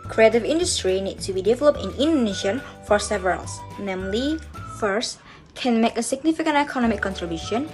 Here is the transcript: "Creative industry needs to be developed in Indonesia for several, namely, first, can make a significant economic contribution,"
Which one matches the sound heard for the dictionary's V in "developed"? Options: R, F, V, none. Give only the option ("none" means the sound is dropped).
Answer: V